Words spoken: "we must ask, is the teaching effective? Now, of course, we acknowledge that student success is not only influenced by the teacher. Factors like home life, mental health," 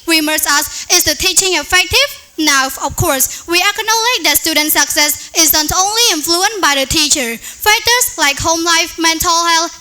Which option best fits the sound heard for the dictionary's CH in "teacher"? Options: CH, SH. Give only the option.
CH